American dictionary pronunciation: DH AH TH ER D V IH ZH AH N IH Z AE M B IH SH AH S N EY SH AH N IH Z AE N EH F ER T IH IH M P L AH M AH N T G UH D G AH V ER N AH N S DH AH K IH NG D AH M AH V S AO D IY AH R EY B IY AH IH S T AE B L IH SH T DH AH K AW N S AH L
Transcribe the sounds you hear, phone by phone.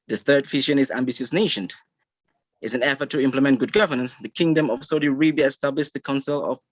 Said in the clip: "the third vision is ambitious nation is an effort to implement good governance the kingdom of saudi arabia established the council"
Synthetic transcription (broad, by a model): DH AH TH ER D F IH SH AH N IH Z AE M B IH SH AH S N EY SH AH N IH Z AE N EH F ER T IH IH M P L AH M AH N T G UH D G AH V ER N AH N S DH AH K IH NG D AH M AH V S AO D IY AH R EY B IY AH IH S T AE B L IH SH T DH AH K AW N S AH L